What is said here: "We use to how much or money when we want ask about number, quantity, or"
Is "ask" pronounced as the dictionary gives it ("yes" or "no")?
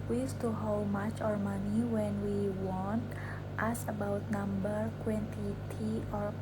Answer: no